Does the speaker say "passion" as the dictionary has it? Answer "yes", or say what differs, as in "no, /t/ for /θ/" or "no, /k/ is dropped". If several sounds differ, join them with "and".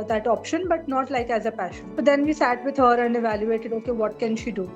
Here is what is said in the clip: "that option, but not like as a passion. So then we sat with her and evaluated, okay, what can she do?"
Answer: yes